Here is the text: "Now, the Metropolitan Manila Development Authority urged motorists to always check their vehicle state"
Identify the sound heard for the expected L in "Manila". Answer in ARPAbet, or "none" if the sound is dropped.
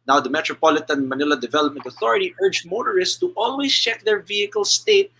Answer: L